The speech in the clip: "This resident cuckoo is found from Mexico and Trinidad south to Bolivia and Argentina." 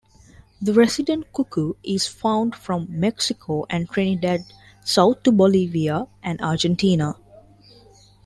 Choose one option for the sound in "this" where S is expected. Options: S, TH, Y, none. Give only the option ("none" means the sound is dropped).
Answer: none